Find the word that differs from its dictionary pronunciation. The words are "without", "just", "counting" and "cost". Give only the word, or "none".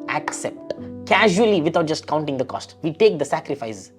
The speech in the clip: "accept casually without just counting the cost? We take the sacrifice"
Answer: without